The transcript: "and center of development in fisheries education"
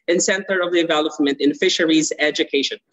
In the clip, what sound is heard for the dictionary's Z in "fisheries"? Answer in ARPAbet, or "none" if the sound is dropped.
Z